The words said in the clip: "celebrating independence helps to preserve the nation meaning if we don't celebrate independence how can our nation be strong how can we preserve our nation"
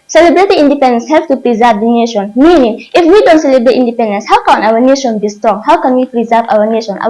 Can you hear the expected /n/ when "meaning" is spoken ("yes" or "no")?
yes